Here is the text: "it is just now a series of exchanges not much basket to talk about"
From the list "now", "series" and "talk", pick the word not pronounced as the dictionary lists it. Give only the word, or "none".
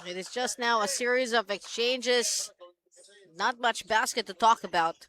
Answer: none